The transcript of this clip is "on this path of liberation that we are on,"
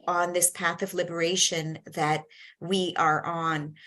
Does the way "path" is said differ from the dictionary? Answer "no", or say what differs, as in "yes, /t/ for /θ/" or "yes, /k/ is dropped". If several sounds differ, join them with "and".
no